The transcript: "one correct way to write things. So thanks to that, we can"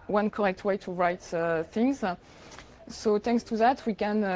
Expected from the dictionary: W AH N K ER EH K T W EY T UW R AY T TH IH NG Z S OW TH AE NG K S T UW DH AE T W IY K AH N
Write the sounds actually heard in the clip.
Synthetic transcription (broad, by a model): W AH N K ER EH K T W EY T UW R AY T TH IH NG Z S OW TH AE NG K S T UW DH AE T W IY K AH N